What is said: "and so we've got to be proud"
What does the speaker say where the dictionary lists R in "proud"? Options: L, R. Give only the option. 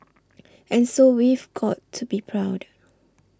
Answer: R